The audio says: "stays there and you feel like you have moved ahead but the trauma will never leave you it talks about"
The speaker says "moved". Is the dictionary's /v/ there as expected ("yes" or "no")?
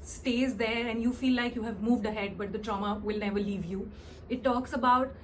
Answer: yes